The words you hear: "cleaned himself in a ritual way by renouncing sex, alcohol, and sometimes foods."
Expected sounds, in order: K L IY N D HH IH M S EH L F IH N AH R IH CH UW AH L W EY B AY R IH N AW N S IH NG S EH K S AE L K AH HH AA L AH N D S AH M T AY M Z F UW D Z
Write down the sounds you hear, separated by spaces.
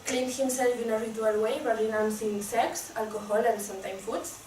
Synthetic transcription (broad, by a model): K L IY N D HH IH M S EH L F IH N AH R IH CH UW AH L W EY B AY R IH N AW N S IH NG S EH K S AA L K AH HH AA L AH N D S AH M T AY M F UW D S